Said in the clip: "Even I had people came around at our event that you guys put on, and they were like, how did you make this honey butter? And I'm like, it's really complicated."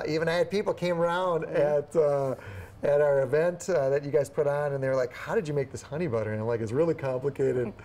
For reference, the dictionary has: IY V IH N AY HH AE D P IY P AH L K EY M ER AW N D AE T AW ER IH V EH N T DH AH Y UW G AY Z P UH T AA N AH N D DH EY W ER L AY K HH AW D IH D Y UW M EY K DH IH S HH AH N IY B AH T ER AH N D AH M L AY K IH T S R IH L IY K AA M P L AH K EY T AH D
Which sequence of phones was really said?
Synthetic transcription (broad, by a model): IY V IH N AY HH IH D P IY P L K EY M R AW N D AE T AW ER IH V EH N T DH AH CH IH G AY Z P UH T N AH N DH EY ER L AY K HH AW D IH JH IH M EY K DH IH S HH AH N IY B AH T ER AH AH M L AY K IH T S R IH L IY K AA M P L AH K EY T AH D